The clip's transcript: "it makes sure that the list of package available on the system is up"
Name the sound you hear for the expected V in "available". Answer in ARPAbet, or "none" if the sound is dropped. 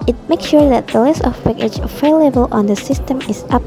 F